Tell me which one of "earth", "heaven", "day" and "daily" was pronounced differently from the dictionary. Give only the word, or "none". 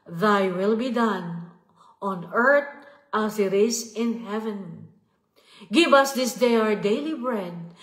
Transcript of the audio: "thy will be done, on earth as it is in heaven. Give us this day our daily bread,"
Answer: earth